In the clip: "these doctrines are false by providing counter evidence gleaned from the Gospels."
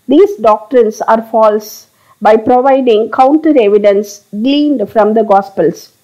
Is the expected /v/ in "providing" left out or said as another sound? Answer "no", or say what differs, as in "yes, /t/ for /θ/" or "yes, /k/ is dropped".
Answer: no